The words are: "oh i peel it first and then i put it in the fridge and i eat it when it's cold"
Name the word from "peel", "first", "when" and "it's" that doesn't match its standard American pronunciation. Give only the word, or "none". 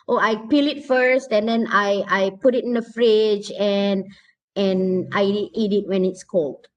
none